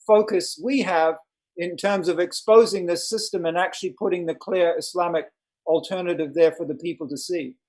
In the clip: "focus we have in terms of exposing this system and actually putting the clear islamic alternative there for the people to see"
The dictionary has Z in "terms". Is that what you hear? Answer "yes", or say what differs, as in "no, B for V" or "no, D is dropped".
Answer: yes